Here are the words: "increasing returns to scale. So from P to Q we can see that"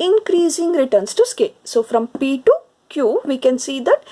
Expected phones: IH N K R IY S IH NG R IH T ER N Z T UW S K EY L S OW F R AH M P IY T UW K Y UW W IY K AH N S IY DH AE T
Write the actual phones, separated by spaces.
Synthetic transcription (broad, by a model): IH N K R IY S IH NG R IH T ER N S T UW S K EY S OW F R AH M P IY T UW K Y UW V IY K AH N S IY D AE T